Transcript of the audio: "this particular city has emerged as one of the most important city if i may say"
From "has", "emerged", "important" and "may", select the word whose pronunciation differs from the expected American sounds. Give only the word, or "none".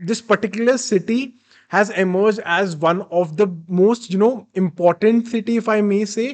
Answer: none